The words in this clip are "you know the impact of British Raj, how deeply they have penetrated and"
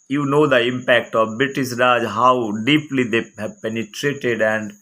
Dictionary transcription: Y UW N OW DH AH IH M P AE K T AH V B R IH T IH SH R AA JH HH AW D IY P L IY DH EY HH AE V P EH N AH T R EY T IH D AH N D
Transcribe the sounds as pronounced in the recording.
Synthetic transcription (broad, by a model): Y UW N OW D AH IH M P AE K T AH V B R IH T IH S R AA JH HH AW D IY P L IY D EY HH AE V P EH N AH T R EY T IH D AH N D